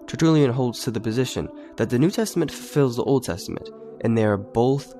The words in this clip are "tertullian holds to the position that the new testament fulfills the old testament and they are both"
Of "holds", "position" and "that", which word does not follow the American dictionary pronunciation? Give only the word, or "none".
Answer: none